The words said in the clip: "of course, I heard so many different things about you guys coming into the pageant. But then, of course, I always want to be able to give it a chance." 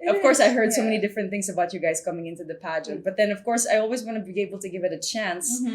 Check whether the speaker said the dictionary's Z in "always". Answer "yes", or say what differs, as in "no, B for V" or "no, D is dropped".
yes